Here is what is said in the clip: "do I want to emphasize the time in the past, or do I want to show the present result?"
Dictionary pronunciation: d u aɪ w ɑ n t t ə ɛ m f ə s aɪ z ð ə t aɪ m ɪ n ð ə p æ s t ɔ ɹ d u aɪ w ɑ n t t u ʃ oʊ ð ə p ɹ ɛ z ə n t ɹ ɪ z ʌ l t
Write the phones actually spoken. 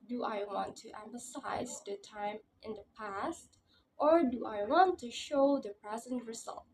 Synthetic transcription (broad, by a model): d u aɪ w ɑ n t t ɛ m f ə s aɪ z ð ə t aɪ m ɪ n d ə p æ s t ɔ ɹ d u aɪ w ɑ n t t u ʃ oʊ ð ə p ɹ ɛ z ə n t ɹ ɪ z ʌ l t